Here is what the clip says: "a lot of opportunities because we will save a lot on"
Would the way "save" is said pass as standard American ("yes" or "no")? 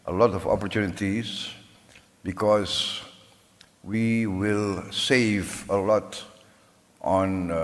yes